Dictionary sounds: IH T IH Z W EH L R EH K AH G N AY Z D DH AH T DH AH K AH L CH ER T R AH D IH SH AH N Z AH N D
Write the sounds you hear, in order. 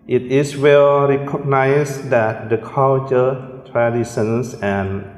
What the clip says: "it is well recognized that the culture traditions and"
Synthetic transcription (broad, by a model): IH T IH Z W EH L R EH K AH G N AY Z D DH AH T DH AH K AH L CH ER T R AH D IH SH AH N S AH N